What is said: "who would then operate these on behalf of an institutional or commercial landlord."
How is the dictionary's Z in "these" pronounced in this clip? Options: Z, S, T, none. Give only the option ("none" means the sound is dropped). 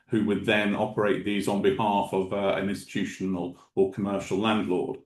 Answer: Z